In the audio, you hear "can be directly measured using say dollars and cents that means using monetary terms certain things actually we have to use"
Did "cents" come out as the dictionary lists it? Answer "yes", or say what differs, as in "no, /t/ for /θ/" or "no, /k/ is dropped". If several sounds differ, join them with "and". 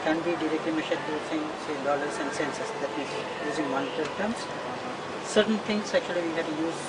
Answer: no, /s/ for /t/